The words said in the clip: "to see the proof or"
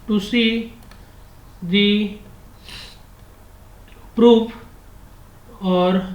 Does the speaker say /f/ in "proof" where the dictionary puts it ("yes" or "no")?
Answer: no